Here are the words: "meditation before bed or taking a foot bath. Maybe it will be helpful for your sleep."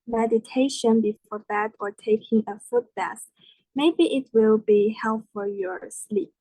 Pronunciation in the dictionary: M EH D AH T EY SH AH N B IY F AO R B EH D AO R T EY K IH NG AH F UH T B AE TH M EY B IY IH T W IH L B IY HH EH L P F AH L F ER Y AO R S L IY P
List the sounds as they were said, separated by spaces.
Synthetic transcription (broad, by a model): M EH D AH T EY SH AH N B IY F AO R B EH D AO R T EY K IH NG AH F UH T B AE S M EY B IY IH T W IH L B IY HH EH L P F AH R Y AO R S L IY P